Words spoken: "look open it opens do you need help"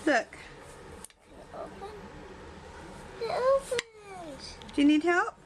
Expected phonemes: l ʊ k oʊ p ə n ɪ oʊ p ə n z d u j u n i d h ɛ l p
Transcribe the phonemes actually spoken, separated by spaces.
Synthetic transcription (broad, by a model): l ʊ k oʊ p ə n ɪ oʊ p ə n d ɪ j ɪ n i d h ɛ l p